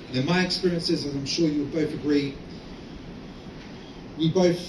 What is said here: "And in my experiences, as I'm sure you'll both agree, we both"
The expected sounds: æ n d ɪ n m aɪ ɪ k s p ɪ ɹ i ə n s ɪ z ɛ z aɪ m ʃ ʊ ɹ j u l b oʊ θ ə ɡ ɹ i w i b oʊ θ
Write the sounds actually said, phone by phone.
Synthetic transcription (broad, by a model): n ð ɪ n m aɪ ɪ k s p ɪ ɹ i ə n s ɪ z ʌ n aɪ m ʃ ʊ ɹ j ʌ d b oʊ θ ə ɡ ɹ i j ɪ b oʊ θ